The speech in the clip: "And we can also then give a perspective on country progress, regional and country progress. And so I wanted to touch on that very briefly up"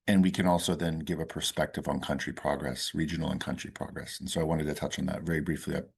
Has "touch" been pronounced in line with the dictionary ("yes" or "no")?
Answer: yes